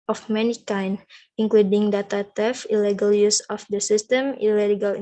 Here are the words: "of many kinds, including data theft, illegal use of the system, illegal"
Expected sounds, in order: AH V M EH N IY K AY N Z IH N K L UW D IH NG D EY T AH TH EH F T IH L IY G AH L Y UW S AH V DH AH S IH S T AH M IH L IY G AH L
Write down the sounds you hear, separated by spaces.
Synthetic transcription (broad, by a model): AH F M EH N IY K AY N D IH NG K L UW D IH NG D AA T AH T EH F IH L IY G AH L Y UW S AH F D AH S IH S T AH M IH L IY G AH L